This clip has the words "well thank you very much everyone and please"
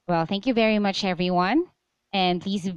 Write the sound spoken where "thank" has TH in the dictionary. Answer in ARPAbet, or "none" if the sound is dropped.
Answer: TH